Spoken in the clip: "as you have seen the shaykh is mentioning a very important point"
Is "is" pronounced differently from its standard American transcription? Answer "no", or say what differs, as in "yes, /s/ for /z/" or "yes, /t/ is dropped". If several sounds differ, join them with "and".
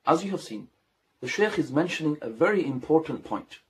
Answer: no